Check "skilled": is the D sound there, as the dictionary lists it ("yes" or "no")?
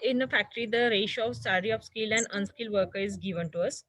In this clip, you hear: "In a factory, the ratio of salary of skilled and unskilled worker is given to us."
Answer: no